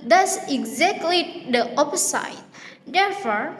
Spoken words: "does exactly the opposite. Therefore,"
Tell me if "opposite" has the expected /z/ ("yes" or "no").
no